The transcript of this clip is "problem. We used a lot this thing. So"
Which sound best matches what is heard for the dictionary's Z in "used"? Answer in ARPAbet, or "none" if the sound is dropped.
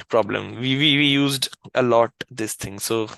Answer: Z